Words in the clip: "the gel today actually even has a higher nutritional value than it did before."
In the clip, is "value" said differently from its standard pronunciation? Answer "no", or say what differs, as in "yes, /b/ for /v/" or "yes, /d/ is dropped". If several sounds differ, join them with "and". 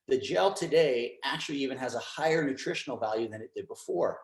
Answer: no